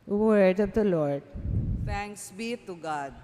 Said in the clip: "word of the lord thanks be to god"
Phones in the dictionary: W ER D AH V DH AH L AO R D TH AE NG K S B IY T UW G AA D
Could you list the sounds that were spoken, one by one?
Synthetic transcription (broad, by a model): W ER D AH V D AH L AO R D T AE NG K S B IY T UW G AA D